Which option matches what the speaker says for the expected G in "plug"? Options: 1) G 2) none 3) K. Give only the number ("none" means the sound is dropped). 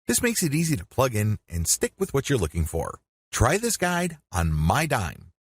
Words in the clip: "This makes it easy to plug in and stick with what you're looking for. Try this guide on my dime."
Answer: 1